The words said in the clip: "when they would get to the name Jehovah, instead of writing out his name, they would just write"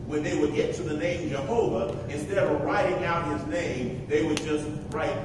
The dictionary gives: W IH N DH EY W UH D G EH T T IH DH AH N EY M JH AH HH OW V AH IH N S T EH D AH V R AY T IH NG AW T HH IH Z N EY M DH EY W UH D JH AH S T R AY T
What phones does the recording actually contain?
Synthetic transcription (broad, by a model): W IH N DH EY W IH D G EH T T IH DH AH N EY M JH AH HH OW V AH IH N S T EH D AH V R AY T IH NG AW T HH IH Z N EY M DH EY W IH D JH AH S T R AY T